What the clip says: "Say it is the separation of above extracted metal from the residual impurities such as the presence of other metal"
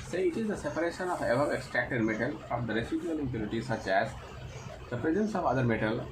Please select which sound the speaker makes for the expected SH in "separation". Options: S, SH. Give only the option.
SH